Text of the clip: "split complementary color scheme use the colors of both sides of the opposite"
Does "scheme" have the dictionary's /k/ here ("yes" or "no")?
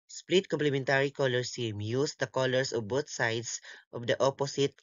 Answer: no